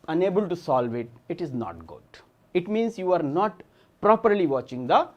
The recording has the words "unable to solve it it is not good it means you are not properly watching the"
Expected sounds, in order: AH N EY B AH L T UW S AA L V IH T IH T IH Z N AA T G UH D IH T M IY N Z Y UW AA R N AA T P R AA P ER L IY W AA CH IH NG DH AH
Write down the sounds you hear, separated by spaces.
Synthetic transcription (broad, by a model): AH N EY B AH L T UW S AA L V IH T IH T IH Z N AA T G UH D IH T M IY N S Y UW AA R N AA T P R AA P ER L IY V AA CH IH NG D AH